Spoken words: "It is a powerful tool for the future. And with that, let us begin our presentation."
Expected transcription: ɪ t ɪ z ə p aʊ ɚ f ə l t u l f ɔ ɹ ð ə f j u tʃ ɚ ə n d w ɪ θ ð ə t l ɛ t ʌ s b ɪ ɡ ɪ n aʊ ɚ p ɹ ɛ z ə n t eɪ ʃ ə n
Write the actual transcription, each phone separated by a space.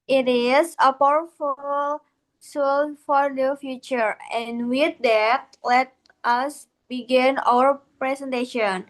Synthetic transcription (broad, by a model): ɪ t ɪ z ə p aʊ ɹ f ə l s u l f ɔ ɹ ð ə f j u tʃ ɚ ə n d w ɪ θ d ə t l ɛ t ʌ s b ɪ ɡ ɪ n aʊ ɚ p ɹ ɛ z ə n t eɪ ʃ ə n